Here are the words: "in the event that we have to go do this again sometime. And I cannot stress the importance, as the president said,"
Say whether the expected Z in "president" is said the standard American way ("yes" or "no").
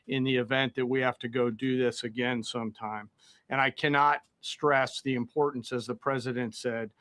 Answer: yes